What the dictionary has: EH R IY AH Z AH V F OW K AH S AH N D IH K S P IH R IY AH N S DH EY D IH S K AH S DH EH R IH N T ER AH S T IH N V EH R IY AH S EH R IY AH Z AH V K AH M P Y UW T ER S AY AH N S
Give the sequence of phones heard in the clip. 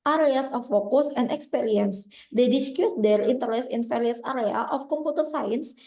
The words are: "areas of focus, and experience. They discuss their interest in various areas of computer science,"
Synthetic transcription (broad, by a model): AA R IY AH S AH F OW K AH S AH N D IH K S P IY R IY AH N S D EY D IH S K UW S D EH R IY N T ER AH S IH N F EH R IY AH S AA R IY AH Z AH F K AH M P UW T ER S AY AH N S